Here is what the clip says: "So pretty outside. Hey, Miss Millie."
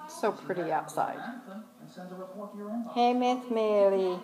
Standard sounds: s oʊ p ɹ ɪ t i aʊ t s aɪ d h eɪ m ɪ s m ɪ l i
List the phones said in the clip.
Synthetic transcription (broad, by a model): s oʊ p ɹ ɪ t i aʊ t s aɪ d h eɪ m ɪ θ m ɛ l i